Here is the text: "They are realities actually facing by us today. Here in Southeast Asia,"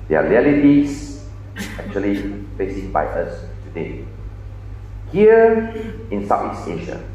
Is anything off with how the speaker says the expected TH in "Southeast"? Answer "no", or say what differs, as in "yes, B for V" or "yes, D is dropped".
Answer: yes, T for TH